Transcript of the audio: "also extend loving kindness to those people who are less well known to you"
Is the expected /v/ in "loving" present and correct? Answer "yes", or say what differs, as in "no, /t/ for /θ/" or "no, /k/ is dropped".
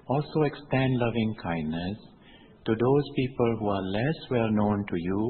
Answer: yes